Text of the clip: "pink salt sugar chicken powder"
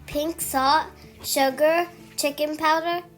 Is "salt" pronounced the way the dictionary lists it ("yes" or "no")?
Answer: no